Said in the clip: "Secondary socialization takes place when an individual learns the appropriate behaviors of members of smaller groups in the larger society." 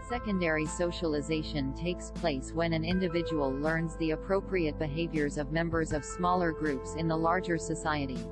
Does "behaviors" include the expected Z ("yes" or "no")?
yes